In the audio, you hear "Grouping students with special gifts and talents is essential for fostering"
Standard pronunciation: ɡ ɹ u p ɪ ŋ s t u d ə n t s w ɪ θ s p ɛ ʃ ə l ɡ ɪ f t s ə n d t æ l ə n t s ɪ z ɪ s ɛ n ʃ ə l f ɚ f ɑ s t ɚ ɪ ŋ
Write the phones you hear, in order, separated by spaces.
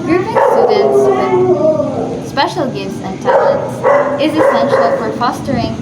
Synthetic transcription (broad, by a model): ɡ ɹ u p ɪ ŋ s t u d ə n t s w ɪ s p ɛ ʃ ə l ɡ ɪ f t s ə n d t æ l ə n t s ɪ z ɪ s ɛ n ʃ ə l f ɚ f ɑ s t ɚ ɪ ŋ